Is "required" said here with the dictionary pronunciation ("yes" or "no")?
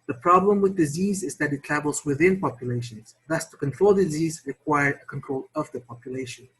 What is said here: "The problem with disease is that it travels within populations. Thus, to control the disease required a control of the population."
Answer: no